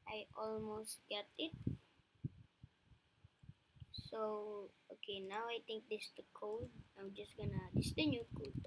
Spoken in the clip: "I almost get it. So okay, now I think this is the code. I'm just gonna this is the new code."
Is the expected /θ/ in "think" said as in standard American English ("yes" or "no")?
no